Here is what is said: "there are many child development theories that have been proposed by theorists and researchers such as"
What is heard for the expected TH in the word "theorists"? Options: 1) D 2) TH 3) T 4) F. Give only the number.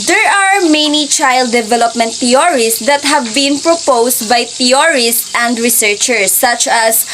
3